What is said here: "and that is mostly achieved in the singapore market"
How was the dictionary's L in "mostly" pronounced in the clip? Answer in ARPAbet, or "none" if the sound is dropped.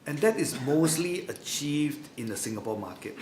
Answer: L